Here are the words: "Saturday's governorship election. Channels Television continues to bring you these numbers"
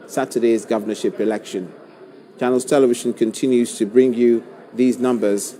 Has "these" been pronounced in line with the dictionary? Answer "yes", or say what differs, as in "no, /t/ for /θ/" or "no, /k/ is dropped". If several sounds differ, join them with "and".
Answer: yes